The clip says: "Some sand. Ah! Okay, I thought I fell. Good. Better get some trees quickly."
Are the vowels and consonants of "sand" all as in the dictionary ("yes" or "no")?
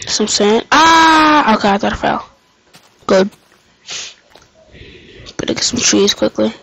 no